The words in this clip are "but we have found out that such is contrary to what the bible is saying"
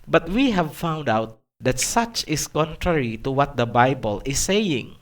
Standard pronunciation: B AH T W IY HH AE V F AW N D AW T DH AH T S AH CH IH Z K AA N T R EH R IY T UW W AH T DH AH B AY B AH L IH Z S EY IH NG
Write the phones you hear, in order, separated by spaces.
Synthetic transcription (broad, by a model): B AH T W IY HH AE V F AW N D AW T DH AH T S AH CH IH S K AA N T R EH R IY T UW W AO T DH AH B AY B AH L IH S EY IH NG